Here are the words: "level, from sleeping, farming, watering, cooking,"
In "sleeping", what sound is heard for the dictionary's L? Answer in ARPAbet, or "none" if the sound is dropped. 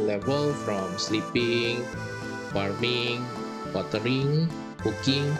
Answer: L